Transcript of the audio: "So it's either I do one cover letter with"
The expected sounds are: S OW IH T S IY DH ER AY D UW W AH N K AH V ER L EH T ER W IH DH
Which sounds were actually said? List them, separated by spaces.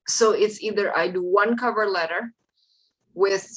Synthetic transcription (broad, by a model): S OW IH T S IY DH ER AY D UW W AH N K AH V ER L EH T ER W IH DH